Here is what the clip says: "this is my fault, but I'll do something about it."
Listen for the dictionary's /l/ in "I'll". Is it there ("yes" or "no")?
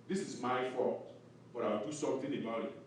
no